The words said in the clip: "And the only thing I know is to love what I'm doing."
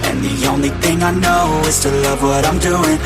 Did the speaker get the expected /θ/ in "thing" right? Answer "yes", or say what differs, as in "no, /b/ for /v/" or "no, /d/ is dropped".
yes